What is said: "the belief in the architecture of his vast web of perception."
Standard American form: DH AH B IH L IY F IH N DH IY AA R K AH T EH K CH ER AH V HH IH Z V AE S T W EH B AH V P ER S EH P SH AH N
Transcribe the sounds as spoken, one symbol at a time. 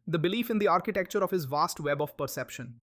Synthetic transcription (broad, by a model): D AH B IH L IY F IH N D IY AA R K AH T EH K CH ER AH V HH IH Z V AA S T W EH B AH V P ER S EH P SH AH N